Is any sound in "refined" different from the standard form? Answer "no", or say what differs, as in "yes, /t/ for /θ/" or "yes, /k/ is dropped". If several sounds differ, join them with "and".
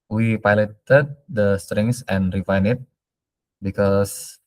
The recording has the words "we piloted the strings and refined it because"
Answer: yes, /d/ is dropped